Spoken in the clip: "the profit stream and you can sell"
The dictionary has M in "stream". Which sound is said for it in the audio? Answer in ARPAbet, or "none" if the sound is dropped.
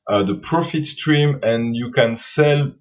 M